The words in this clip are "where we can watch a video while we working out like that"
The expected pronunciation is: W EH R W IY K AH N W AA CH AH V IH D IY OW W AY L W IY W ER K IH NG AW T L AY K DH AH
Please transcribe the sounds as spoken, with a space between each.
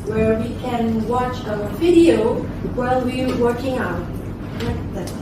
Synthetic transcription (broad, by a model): W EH R W IY K AH N W AA CH AH V IH D IY OW W AY L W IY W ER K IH NG AW T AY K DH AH